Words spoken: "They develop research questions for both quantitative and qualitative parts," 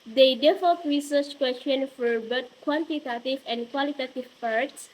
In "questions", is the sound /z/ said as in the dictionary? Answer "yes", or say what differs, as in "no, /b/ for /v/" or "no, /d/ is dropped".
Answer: no, /z/ is dropped